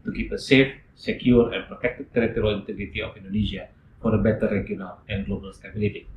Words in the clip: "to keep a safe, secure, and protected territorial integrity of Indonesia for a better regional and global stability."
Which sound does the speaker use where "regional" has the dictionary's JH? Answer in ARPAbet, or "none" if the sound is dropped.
none